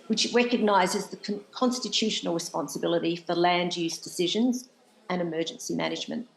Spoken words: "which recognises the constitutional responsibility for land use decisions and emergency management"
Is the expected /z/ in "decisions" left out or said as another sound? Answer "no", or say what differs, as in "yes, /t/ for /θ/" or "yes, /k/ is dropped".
no